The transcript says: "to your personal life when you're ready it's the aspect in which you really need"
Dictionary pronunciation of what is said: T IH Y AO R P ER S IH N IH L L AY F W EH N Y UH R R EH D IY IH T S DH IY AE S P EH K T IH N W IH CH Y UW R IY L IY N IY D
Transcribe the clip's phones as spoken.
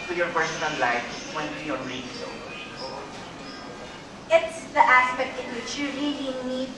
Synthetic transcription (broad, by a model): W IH Y AO R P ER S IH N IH N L AY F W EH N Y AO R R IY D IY IH T S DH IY AE S P EH K T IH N W IH CH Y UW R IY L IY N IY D